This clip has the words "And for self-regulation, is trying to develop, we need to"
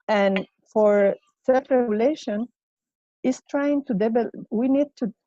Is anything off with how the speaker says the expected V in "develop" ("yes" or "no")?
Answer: yes